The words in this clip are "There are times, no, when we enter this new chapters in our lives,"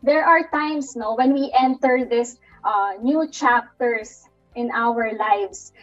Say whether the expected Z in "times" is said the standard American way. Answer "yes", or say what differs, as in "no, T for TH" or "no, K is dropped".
no, S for Z